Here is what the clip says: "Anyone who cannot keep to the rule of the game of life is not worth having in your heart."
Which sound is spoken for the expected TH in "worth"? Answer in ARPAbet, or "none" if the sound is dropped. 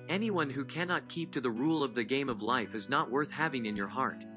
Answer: TH